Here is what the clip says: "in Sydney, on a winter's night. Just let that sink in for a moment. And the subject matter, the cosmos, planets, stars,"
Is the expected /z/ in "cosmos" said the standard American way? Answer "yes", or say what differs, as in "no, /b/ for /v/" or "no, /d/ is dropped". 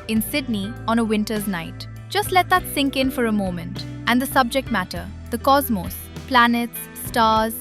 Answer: yes